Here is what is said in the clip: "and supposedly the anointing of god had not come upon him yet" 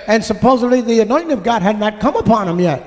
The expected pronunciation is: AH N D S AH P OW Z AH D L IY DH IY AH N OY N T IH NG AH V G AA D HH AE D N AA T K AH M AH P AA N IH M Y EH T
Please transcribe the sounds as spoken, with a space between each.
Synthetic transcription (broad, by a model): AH N S AH P OW Z AH D L IY DH IY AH N OY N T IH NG AH V G AA D HH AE D N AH T K AH M AH P AA N IH M Y EH T